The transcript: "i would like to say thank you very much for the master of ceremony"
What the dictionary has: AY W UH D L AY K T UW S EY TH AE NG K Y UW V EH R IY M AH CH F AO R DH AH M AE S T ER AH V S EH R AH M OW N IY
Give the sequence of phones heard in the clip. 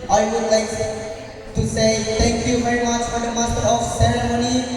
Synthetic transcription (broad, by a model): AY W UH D L AY K T UW S EY T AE NG K Y UW V EH R IY M AH CH F AO R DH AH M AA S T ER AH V S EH R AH M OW N IY